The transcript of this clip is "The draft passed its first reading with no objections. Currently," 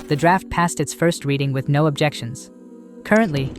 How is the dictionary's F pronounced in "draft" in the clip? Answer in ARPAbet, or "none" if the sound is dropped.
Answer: F